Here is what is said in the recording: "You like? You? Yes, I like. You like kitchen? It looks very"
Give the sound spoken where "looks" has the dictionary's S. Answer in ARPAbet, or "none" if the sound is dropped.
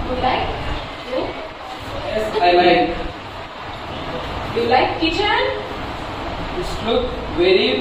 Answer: none